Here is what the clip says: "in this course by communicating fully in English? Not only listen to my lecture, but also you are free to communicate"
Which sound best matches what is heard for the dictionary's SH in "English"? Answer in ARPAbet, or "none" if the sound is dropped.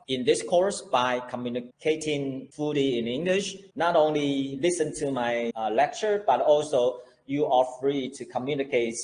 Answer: SH